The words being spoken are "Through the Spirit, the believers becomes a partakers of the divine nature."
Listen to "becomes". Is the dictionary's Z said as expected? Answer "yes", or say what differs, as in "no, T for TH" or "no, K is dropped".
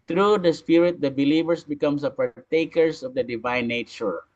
no, S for Z